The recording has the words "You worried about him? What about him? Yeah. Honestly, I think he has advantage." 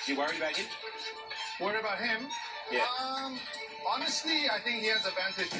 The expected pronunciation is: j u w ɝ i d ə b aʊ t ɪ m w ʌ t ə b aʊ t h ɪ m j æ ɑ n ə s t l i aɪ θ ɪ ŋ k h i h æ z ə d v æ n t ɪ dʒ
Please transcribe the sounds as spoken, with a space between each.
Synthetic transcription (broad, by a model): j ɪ w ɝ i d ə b aʊ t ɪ w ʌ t ə b aʊ t h ɪ m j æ ɑ n ə s t l i aɪ θ ɪ ŋ k h i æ z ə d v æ n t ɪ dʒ